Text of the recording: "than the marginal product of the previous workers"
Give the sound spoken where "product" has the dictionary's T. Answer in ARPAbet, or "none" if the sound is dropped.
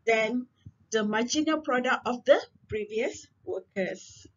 none